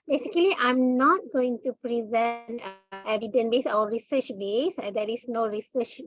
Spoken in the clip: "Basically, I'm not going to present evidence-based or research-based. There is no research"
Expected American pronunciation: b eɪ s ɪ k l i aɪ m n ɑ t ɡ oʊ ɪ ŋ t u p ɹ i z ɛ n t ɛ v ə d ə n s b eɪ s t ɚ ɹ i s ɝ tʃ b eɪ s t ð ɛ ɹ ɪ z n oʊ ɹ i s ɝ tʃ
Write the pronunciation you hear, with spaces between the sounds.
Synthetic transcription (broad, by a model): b eɪ s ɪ k l i aɪ m n ɑ t ɡ oʊ ɪ ŋ t u p ɹ i z ɛ n t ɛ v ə d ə n b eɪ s ɔ ɹ i s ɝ tʃ b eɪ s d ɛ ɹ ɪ s n oʊ ɹ i s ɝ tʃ